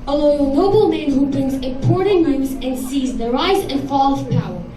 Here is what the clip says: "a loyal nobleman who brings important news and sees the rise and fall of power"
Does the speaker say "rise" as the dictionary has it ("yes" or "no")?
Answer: yes